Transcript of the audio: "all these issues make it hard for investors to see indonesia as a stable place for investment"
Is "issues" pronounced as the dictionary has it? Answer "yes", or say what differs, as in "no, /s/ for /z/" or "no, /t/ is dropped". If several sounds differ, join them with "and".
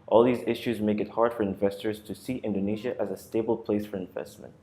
yes